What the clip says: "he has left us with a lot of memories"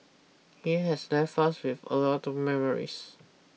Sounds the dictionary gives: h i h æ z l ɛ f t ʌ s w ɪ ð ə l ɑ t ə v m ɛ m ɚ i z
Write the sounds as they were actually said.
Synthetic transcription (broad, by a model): h i h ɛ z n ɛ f ɑ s w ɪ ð ə l ɑ t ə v m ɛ m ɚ i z